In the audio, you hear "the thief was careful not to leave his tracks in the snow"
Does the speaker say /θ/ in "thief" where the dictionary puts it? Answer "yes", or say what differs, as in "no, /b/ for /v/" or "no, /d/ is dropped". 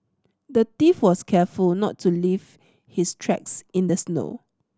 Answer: no, /t/ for /θ/